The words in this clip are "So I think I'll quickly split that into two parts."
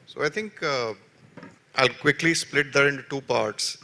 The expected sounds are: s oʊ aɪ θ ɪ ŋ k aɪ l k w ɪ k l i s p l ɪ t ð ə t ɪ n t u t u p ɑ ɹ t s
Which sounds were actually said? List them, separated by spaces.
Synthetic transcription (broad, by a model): s oʊ aɪ t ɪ ŋ k aɪ l k w ɪ k l i s p l ɪ t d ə t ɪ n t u t u p ɑ ɹ t s